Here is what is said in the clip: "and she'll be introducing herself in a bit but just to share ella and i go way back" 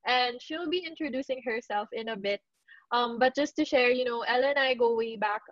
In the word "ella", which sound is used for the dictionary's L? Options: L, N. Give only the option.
N